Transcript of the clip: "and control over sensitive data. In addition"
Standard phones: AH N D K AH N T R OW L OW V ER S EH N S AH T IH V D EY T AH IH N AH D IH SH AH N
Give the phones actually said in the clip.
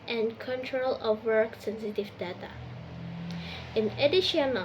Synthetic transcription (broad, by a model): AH N K AH N T R OW L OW ER S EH N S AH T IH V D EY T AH IH N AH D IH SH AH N